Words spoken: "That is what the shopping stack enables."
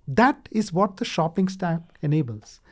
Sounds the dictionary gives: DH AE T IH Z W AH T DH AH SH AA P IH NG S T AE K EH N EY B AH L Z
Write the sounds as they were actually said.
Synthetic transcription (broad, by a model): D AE T IH Z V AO T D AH SH AA P IH NG S T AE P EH N EY B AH L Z